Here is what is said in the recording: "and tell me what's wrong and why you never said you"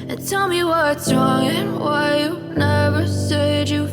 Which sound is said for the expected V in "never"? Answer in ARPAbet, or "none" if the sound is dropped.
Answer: V